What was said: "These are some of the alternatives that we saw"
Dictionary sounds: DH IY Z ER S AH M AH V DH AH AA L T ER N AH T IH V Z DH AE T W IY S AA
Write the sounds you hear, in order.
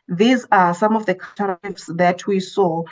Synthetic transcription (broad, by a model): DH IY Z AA S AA M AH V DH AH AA T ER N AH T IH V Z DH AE T W IY S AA